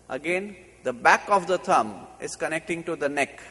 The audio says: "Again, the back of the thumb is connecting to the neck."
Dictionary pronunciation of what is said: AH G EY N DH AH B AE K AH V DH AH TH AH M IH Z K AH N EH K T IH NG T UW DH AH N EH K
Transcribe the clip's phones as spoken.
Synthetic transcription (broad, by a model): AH G EY N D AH B AE K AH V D AH T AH M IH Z K AH N EH K T IH NG T UW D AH N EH K